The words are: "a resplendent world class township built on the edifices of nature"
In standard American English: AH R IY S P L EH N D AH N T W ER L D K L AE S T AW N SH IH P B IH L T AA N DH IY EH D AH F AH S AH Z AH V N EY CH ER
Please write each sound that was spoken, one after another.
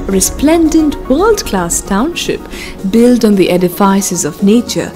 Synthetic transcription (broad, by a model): R IY S P L EH N D AH N T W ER L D K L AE S T AW N SH IH P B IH L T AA N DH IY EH D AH F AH S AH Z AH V N EY CH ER